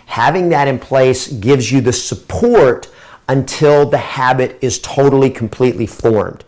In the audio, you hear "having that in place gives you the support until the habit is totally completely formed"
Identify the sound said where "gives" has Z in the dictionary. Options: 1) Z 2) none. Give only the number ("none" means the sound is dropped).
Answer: 1